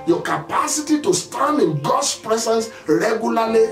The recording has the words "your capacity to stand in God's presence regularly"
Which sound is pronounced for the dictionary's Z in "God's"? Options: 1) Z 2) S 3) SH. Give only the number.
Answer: 2